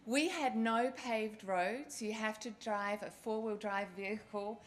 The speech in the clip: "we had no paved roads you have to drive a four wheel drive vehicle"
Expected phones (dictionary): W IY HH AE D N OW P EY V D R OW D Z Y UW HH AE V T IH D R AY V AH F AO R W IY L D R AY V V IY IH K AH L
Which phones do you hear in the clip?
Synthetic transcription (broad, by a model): W IY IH D N OW P EY V D R OW D Z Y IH HH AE F T IH D R AY V AH F AO R W IY L D R AY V V IY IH K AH L